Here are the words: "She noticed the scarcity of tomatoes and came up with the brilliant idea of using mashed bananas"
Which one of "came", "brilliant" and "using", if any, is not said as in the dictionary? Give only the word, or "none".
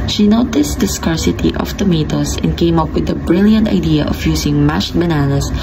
using